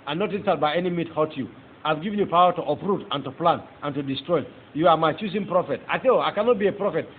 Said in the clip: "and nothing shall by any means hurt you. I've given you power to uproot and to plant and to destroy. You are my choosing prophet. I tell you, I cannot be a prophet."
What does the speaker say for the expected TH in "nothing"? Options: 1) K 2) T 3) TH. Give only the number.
2